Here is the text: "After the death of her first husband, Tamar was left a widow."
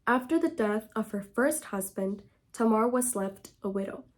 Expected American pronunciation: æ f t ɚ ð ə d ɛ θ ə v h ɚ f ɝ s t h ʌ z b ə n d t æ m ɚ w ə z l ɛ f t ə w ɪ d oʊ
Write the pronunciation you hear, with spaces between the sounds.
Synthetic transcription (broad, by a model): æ f t ɚ ð ə d ɛ θ ə v h ɚ f ɝ s t h ʌ z b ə n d t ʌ m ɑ w ə z l ɛ f t ə w ɪ d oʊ